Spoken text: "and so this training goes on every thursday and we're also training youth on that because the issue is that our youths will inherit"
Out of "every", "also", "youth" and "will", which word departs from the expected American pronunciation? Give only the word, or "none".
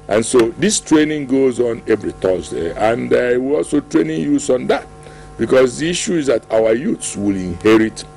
youth